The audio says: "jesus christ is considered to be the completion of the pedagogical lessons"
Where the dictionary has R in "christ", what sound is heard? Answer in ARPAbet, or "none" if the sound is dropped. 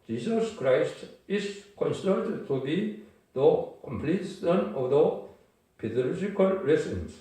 R